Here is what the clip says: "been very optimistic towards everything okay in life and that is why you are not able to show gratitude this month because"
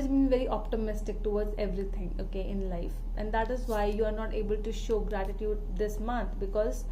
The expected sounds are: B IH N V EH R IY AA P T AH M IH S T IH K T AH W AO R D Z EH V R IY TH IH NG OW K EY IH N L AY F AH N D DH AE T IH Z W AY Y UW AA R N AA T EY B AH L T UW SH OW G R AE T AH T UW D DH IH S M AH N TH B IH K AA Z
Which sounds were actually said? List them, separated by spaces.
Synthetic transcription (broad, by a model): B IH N V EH R IY AA P T AH M IH S T IH K T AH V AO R D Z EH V R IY T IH NG OW K EY IH N L AY F AH N D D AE T IH Z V AY Y UW AA R N AA T EY B AH L T UW SH OW G R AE T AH T UW D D IH S M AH N T B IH K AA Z